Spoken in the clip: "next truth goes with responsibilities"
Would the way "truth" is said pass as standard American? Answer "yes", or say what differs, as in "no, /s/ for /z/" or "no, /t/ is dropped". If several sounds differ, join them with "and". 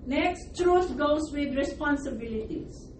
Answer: no, /s/ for /θ/